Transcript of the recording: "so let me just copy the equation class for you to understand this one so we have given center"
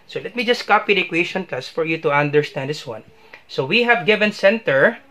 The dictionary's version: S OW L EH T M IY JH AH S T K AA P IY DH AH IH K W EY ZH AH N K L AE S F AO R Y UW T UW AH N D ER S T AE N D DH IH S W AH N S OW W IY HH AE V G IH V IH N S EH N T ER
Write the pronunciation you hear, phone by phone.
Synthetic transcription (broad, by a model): S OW L EH T M IY JH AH S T K AA P IY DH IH K W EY SH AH N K AA S F AO R Y UW T UW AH N D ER S T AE N D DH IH S W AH N S OW W IY HH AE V G IH V IH N S EH N T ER